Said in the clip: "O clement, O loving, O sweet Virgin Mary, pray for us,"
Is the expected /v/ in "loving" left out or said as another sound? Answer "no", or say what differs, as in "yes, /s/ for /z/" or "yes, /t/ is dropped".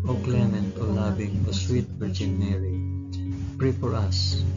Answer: yes, /b/ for /v/